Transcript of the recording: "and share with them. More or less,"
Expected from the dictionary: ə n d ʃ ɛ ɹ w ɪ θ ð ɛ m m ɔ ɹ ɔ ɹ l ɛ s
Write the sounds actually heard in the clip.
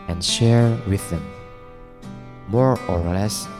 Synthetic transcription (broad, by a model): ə n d ʃ ɛ ɹ w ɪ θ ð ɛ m m ɔ ɹ ɔ ɹ l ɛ s